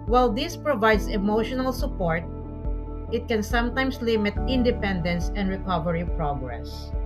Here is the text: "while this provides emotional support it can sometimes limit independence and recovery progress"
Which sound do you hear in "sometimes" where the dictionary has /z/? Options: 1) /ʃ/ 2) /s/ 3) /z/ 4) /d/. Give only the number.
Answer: 2